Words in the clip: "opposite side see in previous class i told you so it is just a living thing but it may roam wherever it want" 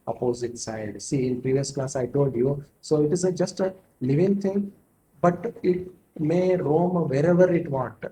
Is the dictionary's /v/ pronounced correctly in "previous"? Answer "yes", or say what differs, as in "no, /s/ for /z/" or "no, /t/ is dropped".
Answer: yes